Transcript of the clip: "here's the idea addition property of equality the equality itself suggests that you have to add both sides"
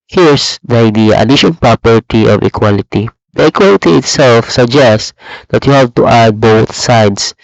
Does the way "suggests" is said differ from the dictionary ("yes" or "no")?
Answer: no